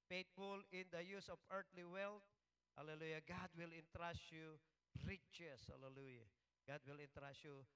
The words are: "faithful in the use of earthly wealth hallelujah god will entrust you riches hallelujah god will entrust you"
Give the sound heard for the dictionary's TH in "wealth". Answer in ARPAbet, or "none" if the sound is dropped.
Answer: T